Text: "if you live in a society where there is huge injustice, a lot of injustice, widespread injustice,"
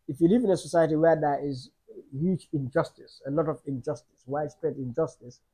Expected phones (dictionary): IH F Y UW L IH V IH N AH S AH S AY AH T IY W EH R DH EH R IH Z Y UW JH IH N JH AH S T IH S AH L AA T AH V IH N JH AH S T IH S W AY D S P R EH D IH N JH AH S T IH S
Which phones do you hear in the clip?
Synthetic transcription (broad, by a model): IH F Y UW L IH V IH N AH S AH S AY AH T IY W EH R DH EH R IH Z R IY CH IH N JH AH S T IH S AH L AA T AH V IH N JH AH S T IH S W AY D S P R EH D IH N JH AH S T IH S